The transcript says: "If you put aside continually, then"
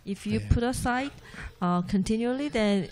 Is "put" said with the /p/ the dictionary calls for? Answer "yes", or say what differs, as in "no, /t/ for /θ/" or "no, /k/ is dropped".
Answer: yes